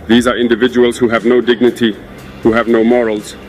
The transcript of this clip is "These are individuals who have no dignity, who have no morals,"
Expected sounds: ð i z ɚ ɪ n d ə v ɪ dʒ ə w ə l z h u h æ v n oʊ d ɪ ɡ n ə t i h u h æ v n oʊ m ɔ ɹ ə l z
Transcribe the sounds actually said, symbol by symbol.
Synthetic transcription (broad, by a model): ð i z ɚ ɪ n d ə v ɪ dʒ ə w ə l z h u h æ v n oʊ d ɪ ɡ n ə t i h u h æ v n oʊ m ɔ ɹ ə l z